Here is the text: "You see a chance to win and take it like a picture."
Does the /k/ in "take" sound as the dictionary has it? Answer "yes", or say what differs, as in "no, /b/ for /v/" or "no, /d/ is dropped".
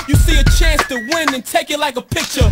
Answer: yes